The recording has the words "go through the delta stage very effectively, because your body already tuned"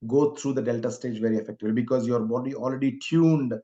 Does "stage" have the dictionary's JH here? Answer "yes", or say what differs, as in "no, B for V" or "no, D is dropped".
yes